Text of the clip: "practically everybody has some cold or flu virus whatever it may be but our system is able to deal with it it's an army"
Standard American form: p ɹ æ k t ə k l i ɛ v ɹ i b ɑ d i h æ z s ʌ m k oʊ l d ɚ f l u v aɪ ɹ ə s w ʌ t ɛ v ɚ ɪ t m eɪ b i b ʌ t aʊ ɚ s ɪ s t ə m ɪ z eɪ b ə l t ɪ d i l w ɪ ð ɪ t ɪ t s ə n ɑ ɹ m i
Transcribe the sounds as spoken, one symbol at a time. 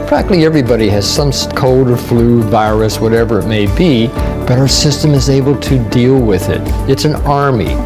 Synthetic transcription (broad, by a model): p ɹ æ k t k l i ɛ v ɹ i b ɑ d i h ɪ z s ʌ m k oʊ l d ɚ f l u v aɪ ɹ ə s w ʌ t ɛ v ɚ ɪ t m eɪ b i b ʌ t aʊ ɚ s ɪ s t ə m ɪ z eɪ b l t ɪ d i l w ɪ ð ɪ t ɪ t s ə n ɑ ɹ m i